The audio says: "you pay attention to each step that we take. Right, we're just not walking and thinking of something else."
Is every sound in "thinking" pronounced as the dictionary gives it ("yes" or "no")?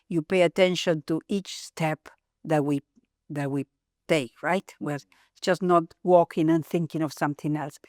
yes